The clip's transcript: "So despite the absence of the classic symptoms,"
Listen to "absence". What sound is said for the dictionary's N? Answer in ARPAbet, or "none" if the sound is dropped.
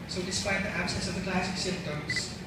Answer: none